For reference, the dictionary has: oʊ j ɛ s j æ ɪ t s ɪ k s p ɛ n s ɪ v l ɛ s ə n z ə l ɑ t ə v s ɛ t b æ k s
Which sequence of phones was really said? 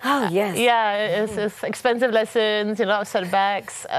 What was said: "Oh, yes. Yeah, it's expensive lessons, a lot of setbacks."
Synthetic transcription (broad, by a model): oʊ j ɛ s j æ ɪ s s ɪ k s p ɛ n s ɪ v l ɛ s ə n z ə n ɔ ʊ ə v s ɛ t b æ k s